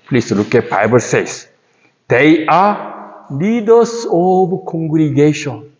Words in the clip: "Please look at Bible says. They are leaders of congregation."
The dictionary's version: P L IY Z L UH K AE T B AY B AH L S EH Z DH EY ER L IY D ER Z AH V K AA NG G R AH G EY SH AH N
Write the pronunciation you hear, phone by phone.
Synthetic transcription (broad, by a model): P L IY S L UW K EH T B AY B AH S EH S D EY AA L IY D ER S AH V K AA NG G R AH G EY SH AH N